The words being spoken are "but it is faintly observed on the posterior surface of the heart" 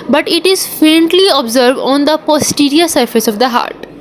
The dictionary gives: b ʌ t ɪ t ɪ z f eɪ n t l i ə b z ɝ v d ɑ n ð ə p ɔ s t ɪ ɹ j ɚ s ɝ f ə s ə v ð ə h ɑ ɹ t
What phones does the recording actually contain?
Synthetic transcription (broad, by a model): b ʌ t ɪ t ɪ z f eɪ n t l i ə b z ɝ v d ɑ n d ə p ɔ s t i ɹ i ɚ s ɝ f ə s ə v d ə h ɑ ɹ t